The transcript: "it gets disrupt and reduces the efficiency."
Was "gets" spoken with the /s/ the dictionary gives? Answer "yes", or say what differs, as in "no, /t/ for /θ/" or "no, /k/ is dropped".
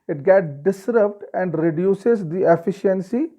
no, /s/ is dropped